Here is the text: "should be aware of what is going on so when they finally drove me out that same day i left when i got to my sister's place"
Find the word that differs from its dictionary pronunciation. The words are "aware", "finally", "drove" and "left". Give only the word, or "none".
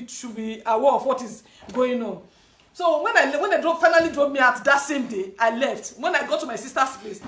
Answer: drove